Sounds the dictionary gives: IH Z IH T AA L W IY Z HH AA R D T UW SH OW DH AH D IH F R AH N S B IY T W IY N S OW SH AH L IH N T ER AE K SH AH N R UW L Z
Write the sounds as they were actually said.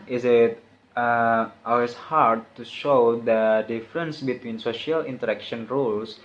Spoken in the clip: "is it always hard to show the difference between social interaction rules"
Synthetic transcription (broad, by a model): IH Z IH T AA L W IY S HH AA R D T UW SH OW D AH D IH F R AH N S B IY T W IY N S OW SH AH L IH N T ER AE K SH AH N R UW L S